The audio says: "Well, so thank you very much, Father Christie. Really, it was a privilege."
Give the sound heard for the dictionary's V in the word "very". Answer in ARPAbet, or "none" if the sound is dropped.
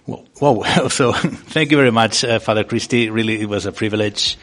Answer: V